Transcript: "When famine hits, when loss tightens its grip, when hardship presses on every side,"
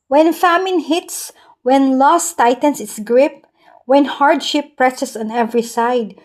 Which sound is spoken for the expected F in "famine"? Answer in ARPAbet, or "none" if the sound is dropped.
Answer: F